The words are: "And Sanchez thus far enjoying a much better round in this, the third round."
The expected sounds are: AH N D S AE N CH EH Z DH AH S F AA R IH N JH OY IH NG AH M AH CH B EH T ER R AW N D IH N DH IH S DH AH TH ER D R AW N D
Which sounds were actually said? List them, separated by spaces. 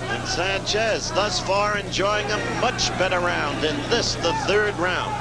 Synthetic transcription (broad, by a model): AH N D S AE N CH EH Z DH AH S F AA R IH N JH OY IH NG AH M AH CH B EH T ER R AW N D IH N DH IH S DH AH TH ER D R AW N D